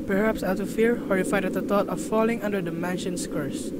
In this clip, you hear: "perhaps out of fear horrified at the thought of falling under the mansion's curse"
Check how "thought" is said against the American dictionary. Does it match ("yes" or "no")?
no